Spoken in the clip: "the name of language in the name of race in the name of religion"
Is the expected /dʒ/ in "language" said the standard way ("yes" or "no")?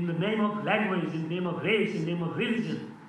no